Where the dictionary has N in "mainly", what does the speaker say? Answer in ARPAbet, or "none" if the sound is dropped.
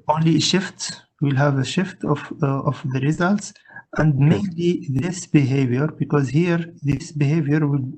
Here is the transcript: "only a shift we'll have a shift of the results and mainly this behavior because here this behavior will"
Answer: N